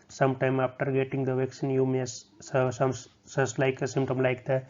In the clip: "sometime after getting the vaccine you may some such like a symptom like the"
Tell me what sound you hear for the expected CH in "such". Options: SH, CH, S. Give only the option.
S